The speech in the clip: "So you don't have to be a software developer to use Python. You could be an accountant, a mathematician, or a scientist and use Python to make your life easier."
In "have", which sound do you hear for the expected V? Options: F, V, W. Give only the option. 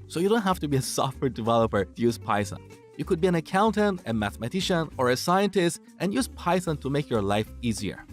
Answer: F